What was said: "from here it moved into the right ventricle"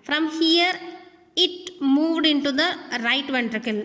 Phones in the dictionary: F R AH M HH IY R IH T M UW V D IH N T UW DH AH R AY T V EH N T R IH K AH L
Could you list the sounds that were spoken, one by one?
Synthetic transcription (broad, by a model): F R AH M HH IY R IH T M UW V D IH N T UW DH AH R AY T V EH N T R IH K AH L